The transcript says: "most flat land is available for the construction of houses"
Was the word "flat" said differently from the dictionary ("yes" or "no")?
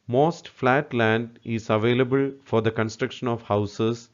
no